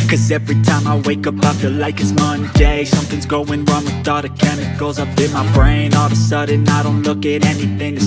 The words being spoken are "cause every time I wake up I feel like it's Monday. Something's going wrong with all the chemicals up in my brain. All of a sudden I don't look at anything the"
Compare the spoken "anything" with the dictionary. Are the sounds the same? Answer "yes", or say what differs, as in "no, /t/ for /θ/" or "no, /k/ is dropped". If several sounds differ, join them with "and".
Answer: yes